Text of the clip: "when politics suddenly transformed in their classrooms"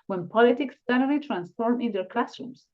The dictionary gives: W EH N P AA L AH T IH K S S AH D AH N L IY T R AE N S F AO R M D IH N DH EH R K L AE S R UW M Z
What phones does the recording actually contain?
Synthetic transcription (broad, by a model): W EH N P AA L AH T IH K S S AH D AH L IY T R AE N S F AO R M IH N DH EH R K L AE S R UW M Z